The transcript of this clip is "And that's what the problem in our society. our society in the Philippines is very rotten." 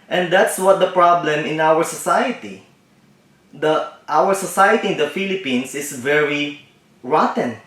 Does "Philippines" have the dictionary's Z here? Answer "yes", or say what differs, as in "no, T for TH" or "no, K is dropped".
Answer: no, S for Z